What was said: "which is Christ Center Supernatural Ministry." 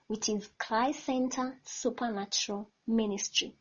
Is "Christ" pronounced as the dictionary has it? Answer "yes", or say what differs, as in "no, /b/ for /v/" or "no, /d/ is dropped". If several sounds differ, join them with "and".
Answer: no, /l/ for /ɹ/